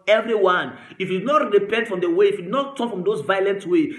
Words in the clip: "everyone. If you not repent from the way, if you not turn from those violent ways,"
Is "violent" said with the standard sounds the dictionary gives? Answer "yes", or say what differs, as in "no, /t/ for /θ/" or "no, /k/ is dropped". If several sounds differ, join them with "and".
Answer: yes